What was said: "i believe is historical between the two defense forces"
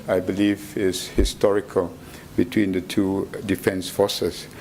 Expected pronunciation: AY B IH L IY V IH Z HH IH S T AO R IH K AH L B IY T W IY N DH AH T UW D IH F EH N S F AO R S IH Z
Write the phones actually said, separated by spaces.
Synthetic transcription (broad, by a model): AY B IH L IY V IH S HH IH S T AO R IH K AH L B IY T W IY N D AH T UW D IH F EH N S F AO S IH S